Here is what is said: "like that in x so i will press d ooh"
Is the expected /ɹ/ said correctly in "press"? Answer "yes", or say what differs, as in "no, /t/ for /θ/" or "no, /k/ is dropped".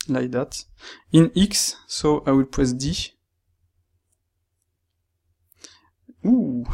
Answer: no, /ɹ/ is dropped